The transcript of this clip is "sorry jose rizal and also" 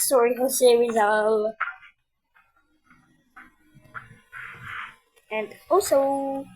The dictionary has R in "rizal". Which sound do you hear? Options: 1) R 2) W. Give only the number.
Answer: 2